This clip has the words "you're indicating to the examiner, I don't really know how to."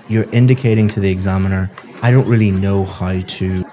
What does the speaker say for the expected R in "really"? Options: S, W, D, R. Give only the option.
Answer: R